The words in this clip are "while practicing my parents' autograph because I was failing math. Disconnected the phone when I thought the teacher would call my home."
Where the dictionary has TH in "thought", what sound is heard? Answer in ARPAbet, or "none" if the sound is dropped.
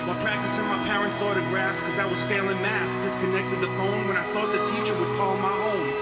TH